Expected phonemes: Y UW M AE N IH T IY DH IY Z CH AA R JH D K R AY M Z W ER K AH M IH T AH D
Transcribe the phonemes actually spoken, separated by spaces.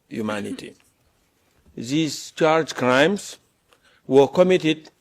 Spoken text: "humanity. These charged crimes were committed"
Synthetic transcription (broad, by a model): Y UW M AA N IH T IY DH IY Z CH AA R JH K R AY M S W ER K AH M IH T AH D